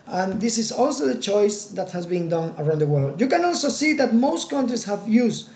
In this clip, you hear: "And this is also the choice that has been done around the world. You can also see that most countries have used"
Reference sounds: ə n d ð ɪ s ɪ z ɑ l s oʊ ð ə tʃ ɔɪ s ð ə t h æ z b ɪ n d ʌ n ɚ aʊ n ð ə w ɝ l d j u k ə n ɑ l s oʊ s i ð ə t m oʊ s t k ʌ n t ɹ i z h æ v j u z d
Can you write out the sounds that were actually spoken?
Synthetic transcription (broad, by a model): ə n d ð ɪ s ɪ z ɑ l s oʊ ð ə tʃ ɔɪ s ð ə t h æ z b ɪ n d ʌ n ɚ aʊ n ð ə w ɝ l d j u k ə n ɑ l s oʊ s i ð ə t m oʊ s t k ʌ n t ɹ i s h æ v j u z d